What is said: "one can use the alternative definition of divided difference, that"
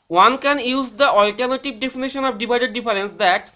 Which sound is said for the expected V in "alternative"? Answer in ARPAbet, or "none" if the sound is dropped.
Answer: B